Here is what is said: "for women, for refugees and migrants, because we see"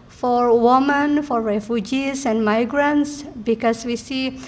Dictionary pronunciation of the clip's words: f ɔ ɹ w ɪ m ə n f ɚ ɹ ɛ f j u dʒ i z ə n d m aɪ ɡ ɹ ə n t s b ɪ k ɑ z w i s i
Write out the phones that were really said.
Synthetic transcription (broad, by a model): f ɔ ɹ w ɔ m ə n f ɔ ɹ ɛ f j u dʒ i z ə n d m aɪ ɡ ɹ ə n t s b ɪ k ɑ s w i s i